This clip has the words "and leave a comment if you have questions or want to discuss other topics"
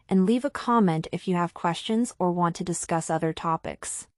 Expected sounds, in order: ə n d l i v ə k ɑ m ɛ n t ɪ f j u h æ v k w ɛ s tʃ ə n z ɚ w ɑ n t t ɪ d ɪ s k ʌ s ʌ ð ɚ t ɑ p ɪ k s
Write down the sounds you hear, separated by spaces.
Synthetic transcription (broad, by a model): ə n l i v ə k ɑ m ɛ n t ɪ f j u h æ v k w ɛ s tʃ ə n z ɚ w ɑ n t t ɪ d ɪ s k ʌ s ʌ ð ɚ t ɑ p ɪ k s